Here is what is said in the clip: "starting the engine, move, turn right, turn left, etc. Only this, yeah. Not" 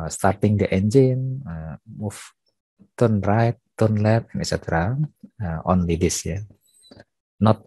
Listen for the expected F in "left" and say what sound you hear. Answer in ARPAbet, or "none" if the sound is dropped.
none